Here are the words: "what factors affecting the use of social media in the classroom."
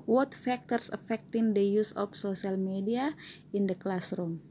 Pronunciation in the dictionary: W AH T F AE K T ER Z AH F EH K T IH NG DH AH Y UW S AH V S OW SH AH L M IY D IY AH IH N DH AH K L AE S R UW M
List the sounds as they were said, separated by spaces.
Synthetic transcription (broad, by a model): W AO T F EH K T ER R AH F EH K T IH NG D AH Y UW S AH F S OW S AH L M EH D IY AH IH N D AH K L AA S R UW M